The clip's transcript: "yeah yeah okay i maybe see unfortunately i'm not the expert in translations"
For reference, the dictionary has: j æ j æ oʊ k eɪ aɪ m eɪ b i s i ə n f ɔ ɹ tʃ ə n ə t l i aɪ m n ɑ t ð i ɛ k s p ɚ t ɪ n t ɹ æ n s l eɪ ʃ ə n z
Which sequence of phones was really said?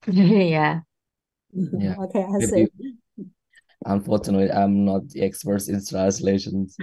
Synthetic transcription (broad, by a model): j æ j æ oʊ k eɪ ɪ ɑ i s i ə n f ɔ ɹ tʃ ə n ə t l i aɪ m n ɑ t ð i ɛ k s p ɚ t ɪ n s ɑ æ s l eɪ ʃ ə n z